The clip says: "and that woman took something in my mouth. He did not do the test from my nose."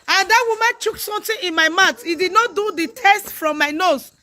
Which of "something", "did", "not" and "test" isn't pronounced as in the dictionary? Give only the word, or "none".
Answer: something